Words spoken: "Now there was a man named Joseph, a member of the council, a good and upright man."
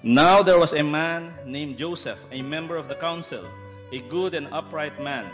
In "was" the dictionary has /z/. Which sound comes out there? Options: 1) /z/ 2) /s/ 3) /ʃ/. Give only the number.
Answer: 2